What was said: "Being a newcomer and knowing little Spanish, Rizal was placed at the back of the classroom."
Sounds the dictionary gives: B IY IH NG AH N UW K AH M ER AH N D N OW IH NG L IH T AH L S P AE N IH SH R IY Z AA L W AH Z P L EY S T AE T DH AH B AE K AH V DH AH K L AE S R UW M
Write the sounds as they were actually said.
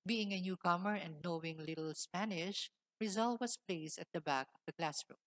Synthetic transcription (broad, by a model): B IY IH NG AH N UW K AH M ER AH N D N OW IH NG L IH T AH L S P AE N IH SH R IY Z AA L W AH S P L EY S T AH T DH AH B AE K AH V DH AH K L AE S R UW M